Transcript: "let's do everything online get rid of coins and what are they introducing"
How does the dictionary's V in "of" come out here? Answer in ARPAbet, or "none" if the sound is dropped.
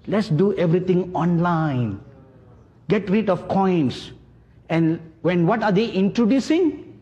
F